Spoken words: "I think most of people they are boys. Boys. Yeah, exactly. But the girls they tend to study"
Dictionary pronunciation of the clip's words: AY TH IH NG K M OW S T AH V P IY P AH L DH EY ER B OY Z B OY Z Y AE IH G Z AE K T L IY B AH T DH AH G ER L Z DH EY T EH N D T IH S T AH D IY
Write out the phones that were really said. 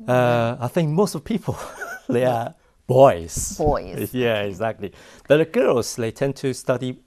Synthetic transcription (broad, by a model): AY TH IH NG K M OW S T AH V P IY P AH L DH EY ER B OY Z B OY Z Y AE IH G Z AE K T L IY B AH T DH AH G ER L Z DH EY T EH N T IH S T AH D IY